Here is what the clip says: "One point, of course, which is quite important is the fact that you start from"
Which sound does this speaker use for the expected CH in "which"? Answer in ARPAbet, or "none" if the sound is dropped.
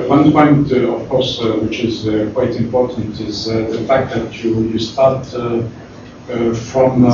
CH